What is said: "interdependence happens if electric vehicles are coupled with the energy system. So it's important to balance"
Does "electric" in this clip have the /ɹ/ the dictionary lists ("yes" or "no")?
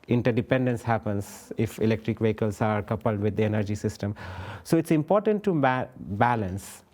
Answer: yes